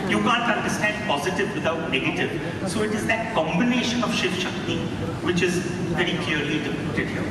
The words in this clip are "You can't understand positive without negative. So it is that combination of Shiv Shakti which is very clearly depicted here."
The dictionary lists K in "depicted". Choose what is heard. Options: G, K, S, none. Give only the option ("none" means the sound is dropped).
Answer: none